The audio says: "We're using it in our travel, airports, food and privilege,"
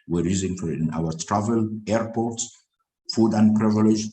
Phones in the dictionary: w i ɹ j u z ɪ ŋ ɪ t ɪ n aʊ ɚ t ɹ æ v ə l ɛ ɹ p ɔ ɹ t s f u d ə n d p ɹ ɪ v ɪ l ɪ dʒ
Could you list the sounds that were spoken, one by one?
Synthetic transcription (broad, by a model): w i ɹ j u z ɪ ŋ ɪ t ɪ n aʊ ɚ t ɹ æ v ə l ɛ ɹ p ɔ ɹ t s f u d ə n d p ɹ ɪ v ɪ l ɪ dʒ